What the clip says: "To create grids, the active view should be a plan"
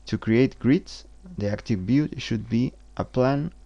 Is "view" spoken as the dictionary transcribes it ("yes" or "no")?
no